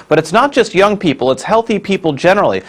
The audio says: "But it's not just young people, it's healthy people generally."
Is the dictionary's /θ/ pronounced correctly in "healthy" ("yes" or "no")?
yes